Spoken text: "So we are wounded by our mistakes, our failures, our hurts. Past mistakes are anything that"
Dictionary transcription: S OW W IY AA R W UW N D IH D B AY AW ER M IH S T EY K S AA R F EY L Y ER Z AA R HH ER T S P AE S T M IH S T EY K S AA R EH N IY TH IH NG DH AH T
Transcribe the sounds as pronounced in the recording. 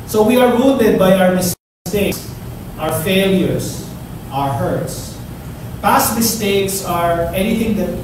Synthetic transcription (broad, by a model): S OW W IY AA R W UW L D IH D B AY AW ER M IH S T EY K S AA R F EY L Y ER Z AA R HH ER T S P AE S T M IH S T EY K S AA R EH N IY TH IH NG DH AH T